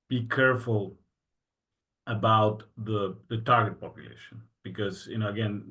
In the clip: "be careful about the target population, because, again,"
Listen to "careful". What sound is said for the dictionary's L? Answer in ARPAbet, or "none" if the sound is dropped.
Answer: L